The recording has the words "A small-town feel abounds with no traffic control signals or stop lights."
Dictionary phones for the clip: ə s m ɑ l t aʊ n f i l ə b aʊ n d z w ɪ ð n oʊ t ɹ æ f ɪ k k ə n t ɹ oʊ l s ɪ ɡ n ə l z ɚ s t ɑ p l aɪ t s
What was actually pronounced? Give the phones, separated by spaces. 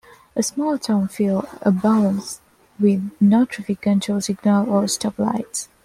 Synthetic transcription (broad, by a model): ə s m ɑ l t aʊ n f i l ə b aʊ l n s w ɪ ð n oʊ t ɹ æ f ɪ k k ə n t oʊ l s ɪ ɡ n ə l ɚ s t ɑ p l aɪ t s